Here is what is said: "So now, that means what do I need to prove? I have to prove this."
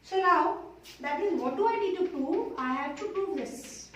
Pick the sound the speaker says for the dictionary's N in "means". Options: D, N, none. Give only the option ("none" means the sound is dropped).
none